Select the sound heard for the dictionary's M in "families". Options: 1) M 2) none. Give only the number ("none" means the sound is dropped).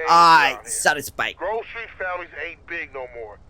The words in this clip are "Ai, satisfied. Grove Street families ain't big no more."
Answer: 2